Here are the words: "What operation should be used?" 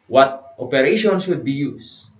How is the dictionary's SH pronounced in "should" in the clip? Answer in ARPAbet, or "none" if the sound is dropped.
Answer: S